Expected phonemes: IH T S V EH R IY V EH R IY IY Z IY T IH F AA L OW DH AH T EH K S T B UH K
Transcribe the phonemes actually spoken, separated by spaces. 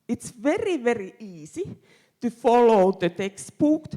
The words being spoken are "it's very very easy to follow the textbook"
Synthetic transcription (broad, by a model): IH T S V EH R IY V EH R IY IY S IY T IH F AA L OW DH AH T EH K S T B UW K